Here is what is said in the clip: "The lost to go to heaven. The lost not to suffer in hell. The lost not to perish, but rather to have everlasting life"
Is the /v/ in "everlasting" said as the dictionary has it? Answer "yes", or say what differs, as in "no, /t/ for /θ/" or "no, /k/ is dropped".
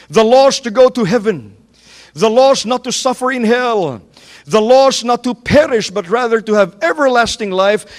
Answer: yes